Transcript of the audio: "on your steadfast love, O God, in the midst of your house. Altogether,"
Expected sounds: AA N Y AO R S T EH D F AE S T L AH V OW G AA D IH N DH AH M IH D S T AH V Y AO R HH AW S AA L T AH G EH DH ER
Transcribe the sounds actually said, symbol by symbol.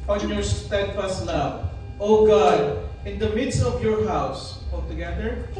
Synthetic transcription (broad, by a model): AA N Y AO R S T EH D F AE S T L AH V OW G AA D IH N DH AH M IH D S T AH V Y AO R HH AW S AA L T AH G EH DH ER